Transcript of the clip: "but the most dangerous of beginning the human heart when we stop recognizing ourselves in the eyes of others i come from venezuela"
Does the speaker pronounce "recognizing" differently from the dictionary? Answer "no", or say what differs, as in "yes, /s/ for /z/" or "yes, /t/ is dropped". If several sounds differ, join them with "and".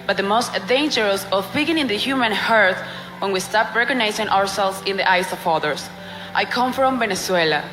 yes, /s/ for /z/